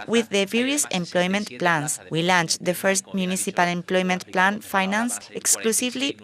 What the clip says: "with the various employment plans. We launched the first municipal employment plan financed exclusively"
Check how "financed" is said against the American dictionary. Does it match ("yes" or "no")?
no